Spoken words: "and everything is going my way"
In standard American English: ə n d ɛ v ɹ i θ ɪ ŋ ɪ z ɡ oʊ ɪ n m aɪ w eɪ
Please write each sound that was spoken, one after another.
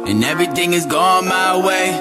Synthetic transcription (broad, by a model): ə n ɛ v ɹ i θ ɪ ŋ ɪ z ɡ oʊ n m aɪ w eɪ